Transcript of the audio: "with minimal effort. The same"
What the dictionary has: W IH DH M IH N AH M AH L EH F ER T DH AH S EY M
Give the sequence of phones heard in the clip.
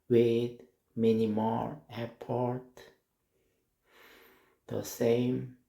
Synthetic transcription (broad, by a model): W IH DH M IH N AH M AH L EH P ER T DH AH S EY M